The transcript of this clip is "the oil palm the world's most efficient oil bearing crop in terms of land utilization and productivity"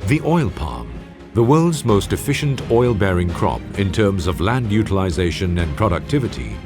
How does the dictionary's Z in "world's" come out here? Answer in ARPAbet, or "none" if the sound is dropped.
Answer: Z